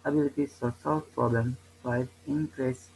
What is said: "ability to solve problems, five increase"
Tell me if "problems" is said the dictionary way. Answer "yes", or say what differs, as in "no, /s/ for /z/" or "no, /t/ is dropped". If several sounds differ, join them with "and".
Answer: no, /z/ is dropped